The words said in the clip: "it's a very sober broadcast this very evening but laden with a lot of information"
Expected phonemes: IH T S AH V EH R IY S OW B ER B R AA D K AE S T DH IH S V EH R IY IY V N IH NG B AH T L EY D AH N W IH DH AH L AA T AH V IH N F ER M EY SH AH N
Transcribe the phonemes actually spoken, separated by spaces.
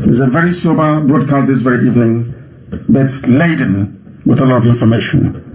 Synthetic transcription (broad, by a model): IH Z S AH V EH R IY S OW B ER B R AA D K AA S T DH IH S V EH R IY IY V N IH NG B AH T L EY D AH N W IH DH AH L AA T AH V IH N F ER M EY SH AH N